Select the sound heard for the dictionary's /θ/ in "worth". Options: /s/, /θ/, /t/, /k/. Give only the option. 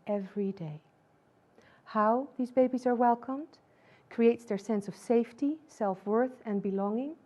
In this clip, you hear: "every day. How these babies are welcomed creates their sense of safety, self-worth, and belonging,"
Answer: /θ/